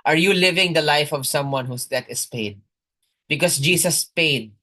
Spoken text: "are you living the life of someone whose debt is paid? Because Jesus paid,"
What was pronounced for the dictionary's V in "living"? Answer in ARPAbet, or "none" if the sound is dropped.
V